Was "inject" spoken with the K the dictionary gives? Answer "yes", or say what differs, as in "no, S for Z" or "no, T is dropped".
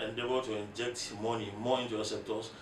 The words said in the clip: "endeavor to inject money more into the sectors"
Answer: yes